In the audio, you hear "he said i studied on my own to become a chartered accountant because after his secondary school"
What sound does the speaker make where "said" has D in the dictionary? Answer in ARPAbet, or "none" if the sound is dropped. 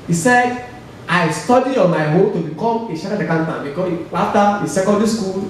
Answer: D